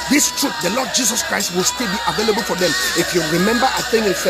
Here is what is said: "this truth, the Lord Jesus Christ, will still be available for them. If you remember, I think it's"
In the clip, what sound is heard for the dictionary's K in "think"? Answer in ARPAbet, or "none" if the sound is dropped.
none